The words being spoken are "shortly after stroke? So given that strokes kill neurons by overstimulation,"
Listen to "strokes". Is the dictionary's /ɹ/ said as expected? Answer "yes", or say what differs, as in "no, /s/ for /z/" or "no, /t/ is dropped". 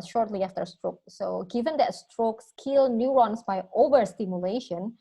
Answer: yes